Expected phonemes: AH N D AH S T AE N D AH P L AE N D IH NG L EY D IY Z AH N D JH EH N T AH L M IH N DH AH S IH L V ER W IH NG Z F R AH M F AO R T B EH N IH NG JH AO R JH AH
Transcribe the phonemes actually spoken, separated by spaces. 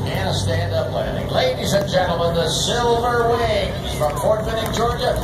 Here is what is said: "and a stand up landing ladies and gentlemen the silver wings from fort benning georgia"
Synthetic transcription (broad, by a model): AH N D AH S T AE N D AH P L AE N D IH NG L EY D IY Z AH N JH EH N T L M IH N DH AH S IH L V ER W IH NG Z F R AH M P AO R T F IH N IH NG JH AO R JH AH